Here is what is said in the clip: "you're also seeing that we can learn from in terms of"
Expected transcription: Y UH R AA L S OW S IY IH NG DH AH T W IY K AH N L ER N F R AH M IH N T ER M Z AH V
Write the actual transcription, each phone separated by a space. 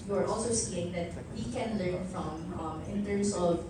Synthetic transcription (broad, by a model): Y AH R AA L S OW S IY IH NG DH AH T W IY K AH N L ER N F R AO M IH N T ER M S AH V